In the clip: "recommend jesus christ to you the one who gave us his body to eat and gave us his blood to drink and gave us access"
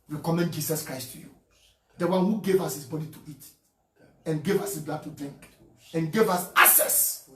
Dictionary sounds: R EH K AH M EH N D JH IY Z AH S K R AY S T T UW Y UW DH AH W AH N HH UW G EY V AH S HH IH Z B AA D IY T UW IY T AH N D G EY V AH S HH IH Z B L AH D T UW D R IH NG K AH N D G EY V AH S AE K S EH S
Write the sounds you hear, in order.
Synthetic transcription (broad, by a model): R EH K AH M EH N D JH IY S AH S K R AY S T T UW Y UW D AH W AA N HH UW G EY V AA S HH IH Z B AA D IY T UW IY T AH N G EY V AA S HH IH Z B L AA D T UW D R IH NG K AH N G EY V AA S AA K S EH S